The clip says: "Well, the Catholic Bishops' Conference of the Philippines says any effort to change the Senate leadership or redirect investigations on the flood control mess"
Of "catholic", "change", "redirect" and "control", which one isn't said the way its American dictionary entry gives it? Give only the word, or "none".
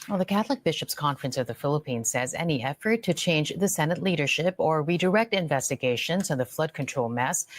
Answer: none